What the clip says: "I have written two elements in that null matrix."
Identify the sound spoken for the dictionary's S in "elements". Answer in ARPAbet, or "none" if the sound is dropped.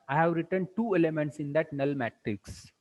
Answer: S